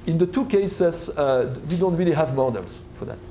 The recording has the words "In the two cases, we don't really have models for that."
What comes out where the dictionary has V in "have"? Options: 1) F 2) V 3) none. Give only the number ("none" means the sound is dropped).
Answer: 2